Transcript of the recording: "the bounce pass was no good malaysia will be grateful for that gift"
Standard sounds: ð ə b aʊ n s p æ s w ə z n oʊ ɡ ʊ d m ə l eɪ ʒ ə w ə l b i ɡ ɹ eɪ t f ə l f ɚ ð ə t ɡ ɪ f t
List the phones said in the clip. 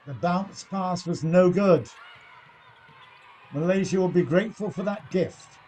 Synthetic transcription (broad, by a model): ð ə b aʊ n s p æ s w ə z n oʊ ɡ ʊ d m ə l eɪ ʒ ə w ə l b i ɡ ɹ eɪ t f ə l f ɚ ð ə t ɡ ɪ f t